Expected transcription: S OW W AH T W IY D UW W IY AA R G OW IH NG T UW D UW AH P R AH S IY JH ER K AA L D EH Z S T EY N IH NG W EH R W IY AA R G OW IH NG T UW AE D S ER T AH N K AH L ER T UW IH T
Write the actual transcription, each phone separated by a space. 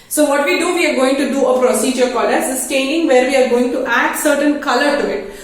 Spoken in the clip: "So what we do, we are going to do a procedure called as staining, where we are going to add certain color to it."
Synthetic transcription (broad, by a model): S OW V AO T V IY D UW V IY AA R G OW IH NG T UW D UW AH P R AH S IY JH ER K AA D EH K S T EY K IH NG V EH R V IY AA R G OW IH NG T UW AE D S ER T AH N K AH L ER T UW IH T